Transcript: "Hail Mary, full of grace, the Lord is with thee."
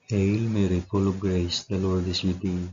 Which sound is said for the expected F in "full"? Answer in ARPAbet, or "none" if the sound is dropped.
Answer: P